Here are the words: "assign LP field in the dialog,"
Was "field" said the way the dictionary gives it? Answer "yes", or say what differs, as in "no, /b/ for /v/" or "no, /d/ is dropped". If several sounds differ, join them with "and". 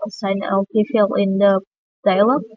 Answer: no, /d/ is dropped